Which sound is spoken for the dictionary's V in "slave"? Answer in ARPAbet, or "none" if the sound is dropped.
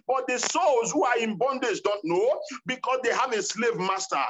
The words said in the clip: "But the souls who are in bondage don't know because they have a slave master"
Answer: V